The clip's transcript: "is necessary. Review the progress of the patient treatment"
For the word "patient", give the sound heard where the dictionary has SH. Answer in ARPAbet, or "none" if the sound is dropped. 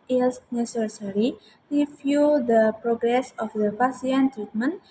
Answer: S